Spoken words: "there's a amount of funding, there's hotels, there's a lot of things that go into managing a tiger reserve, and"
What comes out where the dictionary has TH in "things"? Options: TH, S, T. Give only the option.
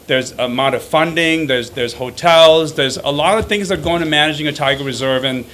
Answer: TH